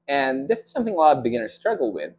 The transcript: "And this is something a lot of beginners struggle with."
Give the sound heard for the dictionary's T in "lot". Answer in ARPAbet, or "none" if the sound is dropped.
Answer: none